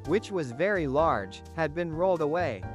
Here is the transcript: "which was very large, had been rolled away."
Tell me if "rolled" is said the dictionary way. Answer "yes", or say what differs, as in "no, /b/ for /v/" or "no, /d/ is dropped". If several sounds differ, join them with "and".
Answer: yes